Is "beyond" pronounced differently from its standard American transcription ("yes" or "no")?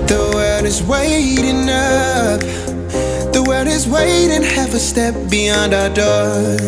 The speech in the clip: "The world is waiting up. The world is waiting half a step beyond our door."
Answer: no